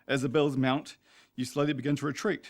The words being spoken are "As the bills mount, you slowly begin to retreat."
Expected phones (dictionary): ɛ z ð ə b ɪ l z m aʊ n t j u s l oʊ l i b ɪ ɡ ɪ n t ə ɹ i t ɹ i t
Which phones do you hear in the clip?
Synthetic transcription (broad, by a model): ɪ z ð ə b ɪ l z m aʊ n t j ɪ s l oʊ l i b ɪ ɡ ɪ n t ə ɹ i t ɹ i t